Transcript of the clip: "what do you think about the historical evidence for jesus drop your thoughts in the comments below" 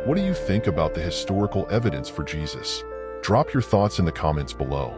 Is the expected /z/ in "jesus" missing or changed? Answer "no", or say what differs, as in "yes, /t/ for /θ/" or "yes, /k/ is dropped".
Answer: no